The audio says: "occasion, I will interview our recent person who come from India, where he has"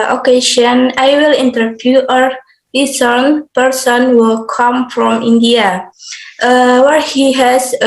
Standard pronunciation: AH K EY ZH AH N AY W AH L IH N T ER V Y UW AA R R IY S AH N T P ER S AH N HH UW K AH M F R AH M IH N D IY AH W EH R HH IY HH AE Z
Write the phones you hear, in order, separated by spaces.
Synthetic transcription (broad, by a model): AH K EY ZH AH N AY W AH L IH N T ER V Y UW AA R L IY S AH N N P ER S AH N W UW K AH M F R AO M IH N D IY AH W EH R HH IY HH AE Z